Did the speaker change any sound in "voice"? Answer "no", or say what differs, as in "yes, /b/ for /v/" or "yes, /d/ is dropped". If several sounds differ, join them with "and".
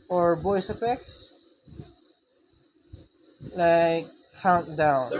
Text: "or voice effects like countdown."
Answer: yes, /b/ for /v/